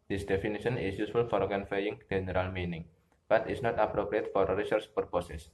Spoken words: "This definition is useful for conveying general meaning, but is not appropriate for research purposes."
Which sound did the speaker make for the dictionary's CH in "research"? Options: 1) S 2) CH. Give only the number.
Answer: 1